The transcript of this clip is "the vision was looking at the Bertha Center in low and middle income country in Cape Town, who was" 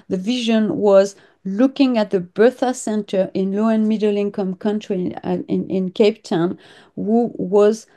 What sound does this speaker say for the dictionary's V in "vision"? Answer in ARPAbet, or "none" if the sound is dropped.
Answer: V